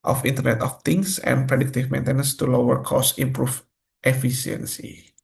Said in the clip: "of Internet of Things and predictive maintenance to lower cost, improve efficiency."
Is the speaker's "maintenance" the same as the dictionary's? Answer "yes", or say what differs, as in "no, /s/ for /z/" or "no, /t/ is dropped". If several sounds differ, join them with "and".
yes